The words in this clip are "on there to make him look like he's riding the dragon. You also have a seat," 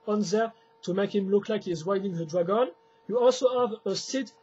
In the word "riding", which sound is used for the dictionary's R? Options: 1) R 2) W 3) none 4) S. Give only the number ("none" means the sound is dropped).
2